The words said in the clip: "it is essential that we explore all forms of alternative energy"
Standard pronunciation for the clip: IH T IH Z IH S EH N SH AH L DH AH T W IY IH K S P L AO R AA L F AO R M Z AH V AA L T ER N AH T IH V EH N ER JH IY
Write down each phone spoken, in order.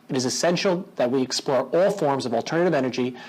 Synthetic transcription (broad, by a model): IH T IH Z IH S EH N SH L DH AH T W IY IH K S P L AO R AA L F AO R M Z AH V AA L T ER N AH T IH V EH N ER JH IY